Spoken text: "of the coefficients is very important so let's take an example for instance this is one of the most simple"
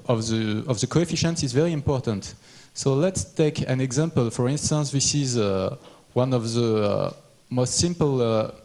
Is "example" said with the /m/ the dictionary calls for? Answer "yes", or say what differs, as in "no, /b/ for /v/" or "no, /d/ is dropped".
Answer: yes